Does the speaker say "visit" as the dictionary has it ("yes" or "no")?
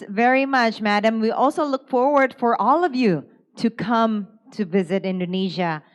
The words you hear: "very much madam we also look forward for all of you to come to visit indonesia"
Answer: yes